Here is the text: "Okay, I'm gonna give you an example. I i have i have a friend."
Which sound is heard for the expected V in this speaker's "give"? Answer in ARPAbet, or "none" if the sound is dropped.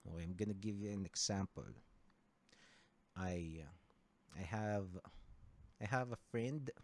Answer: V